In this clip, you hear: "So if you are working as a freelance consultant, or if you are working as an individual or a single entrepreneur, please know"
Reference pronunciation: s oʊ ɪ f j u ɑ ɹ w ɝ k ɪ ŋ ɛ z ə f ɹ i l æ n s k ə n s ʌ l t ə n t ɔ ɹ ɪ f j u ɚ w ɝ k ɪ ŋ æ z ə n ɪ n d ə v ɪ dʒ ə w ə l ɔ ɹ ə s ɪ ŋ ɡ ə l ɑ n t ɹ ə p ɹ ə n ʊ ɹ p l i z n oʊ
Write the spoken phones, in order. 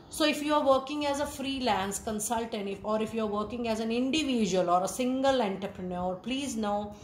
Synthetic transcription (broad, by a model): s oʊ ɪ f j u ɑ ɹ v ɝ k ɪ ŋ ɛ z ə f ɹ i l æ n s k ə n s ʌ l t ə n t ɔ ɹ ɪ f j u ɚ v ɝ k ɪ ŋ æ z ə n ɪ n d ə v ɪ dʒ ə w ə l ɔ ɹ ə s ɪ ŋ ɡ ə l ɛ n t ɹ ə p ɹ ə n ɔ ɹ p l i z n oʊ